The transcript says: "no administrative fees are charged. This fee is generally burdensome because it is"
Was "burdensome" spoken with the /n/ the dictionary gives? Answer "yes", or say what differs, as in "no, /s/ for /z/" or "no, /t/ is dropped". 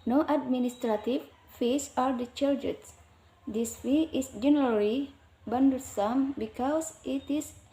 no, /n/ is dropped